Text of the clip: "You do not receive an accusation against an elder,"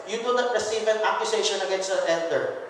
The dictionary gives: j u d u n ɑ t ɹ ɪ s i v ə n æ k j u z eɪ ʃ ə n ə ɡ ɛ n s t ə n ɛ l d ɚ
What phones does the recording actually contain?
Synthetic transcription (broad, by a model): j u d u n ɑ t ɹ ɪ s i v ə n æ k j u s eɪ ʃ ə n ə ɡ ɛ n s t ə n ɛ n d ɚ